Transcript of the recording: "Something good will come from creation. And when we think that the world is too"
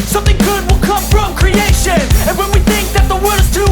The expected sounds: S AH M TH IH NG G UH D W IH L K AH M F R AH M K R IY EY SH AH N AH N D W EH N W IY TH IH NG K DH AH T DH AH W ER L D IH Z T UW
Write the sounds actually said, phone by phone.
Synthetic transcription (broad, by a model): S AH M TH IH NG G UH D W IH L K AH M F R AH M K R IY EY SH AH N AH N W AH N W IY TH IH NG K DH AH T DH AH W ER D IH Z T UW